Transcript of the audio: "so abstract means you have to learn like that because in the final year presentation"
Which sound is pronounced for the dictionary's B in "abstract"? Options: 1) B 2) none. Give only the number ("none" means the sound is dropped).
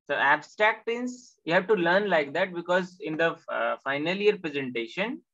1